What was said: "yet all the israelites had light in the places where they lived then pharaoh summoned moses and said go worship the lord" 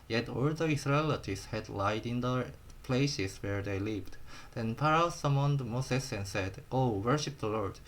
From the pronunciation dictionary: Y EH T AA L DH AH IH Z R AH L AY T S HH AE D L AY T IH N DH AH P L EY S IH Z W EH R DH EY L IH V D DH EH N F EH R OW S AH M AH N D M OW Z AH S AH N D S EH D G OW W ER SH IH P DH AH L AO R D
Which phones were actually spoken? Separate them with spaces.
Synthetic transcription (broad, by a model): Y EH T AA L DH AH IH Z R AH L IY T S HH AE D L AY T IH N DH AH P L EY S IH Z W EH R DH EY L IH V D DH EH N P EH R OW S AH M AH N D M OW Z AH S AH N S EH D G OW W ER SH IH P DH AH L AO R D